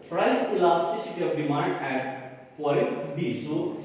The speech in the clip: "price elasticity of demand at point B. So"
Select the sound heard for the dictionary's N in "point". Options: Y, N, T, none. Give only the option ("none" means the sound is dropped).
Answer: none